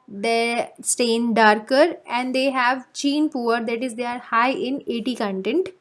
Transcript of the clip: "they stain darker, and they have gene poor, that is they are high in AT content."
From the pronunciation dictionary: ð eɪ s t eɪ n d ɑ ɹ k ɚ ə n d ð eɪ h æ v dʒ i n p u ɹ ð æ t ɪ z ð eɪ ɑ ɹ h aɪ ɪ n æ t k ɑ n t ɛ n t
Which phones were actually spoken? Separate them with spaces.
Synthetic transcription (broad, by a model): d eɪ s t eɪ n d ɑ ɹ k ɚ ə n d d eɪ h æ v tʃ i n p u ɹ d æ t ɪ z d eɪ ɑ ɹ h aɪ ɪ n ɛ t k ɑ n t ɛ n t